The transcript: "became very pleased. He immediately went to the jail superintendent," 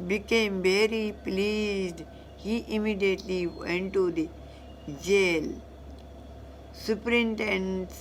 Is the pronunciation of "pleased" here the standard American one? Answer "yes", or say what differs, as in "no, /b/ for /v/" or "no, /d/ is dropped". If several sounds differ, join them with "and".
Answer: yes